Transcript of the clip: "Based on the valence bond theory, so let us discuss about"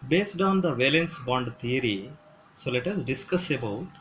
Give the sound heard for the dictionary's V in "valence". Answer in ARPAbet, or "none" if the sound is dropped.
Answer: V